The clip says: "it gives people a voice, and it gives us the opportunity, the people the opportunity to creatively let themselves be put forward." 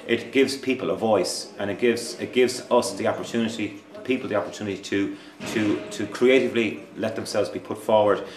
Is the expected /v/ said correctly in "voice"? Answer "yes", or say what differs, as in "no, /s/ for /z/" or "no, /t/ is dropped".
yes